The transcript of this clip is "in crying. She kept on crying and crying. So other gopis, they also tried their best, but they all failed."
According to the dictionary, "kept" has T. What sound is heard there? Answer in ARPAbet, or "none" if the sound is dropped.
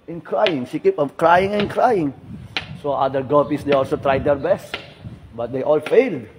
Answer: none